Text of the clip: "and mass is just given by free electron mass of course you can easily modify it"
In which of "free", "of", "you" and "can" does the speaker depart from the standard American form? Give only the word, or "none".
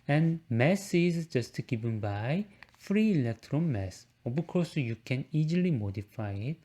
of